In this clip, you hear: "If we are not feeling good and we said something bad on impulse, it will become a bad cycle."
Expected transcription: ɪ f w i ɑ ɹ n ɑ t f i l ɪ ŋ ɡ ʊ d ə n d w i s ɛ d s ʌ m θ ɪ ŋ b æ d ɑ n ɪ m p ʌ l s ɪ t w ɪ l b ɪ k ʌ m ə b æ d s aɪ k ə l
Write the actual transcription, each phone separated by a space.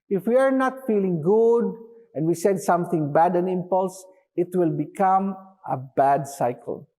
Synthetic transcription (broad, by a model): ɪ f w i ɑ ɹ n ɑ t f i l ɪ ŋ ɡ ʊ d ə n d w i s ɛ d s ʌ m θ ɪ ŋ b æ d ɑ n ɪ m p ʌ l s ɪ t w ɪ l b ɪ k ʌ m ə b æ d s aɪ k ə l